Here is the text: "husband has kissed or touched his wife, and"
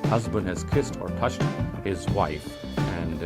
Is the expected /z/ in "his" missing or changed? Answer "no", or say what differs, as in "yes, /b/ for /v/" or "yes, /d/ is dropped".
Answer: no